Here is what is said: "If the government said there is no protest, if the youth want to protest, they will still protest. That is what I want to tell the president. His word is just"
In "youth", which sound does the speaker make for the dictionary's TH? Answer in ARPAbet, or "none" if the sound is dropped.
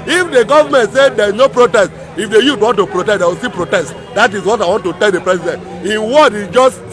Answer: T